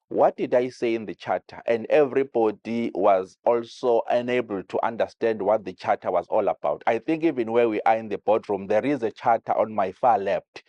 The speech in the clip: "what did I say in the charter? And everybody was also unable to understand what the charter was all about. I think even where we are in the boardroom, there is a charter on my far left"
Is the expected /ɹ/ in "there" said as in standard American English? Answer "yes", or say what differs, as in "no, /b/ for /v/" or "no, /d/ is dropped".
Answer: yes